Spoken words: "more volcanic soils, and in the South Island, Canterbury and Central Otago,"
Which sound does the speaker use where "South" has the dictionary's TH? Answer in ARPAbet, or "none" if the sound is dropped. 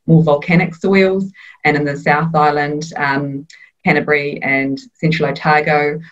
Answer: TH